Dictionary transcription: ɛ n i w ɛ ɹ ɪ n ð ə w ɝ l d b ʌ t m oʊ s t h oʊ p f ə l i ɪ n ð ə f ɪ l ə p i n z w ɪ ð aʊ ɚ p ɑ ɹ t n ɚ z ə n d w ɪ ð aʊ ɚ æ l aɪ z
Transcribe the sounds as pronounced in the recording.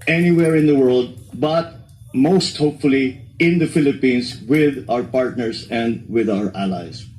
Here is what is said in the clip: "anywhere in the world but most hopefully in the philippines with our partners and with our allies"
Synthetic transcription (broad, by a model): ɛ n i w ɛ ɹ ɪ n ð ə w ɝ l d b ʌ t m oʊ s t h oʊ p f ə l i ɪ n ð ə f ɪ l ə p i n s w ɪ ð aʊ ɚ p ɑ ɹ t n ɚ s ə n d w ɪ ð aʊ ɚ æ l aɪ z